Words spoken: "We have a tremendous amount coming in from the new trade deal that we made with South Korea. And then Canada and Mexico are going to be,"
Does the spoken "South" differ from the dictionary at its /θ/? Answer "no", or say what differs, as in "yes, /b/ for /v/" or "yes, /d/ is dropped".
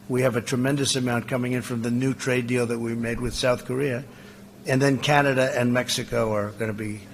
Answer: no